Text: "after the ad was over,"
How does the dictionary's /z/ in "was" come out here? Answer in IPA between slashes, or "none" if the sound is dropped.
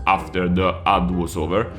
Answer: /s/